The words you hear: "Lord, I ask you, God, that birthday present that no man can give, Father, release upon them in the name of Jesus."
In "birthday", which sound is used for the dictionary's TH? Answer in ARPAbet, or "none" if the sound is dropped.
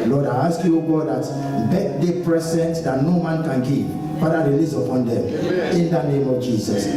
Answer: T